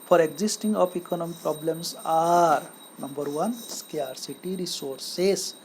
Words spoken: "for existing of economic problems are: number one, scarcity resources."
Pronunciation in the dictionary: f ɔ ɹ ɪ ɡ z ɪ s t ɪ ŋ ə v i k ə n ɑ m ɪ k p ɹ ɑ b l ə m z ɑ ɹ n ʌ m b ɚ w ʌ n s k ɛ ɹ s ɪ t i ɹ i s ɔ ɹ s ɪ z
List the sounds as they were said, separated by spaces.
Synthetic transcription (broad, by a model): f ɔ ɹ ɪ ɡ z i s t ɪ ŋ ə p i k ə n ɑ m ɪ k p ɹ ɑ b l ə m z ɑ ɹ n ʌ m b ɚ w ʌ n s k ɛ ɹ s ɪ t i ɹ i s ɔ ɹ s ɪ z